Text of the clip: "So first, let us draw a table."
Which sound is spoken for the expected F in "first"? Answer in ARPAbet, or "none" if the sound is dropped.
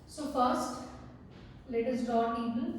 F